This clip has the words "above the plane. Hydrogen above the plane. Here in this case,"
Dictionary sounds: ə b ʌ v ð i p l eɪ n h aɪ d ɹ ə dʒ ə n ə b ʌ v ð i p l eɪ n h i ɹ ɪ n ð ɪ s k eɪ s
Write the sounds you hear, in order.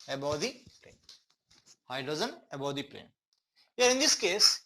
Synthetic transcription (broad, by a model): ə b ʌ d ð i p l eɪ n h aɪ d ə z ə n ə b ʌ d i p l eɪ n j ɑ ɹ ɪ n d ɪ s k eɪ s